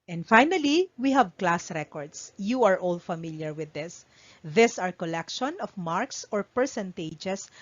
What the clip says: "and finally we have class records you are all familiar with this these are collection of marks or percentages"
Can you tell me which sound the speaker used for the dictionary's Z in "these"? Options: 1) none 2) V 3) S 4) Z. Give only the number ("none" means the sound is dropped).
3